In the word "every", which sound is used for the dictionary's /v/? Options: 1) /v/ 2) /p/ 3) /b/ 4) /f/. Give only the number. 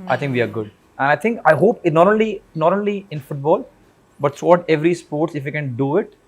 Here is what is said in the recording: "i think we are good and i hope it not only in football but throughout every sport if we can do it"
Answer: 1